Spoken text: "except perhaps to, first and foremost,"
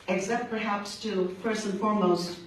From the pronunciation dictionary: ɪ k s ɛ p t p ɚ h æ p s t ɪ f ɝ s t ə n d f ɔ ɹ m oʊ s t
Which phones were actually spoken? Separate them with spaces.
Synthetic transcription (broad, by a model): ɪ k s ɛ p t p ɚ h æ p s t ɪ p ɝ s ə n f ɔ ɹ m oʊ s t